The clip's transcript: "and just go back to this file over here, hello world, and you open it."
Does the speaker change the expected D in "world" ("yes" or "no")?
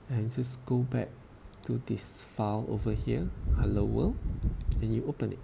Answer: yes